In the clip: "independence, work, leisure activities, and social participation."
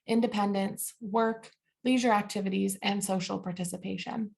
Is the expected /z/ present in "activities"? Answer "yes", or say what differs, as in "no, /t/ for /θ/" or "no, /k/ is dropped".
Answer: yes